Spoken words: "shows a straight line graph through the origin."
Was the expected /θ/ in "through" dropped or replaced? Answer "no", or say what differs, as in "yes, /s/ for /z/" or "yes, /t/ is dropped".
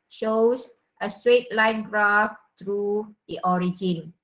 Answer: yes, /t/ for /θ/